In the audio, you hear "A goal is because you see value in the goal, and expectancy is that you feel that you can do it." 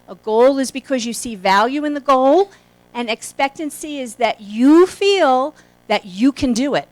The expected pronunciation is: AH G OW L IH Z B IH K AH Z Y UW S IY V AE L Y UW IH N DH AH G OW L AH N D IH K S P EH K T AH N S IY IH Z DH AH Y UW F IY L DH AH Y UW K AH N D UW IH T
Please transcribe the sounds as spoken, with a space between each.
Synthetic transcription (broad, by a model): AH G OW L IH Z B IH K AH Z Y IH S IY V AE L Y UW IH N DH AH G OW L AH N IH K S P EH K T AH N S IY IH Z DH AH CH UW F IY L DH AH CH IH K AH N D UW IH T